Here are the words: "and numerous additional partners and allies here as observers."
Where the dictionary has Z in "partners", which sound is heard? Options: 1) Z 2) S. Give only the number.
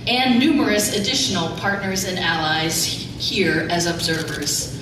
1